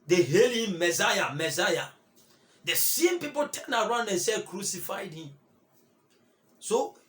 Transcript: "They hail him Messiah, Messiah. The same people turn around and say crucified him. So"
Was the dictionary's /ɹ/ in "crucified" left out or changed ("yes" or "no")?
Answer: no